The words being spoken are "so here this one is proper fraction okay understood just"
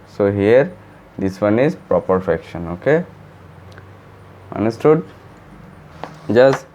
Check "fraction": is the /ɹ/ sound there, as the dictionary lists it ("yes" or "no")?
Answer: no